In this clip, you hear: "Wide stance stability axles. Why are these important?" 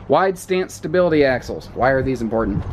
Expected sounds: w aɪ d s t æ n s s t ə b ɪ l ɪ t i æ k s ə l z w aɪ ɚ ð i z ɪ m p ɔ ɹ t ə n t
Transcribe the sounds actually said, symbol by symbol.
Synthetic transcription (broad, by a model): w aɪ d s t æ n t s t ə b ɪ l ɪ t i æ k s l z w aɪ ɚ ð i z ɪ m p ɔ ɹ t n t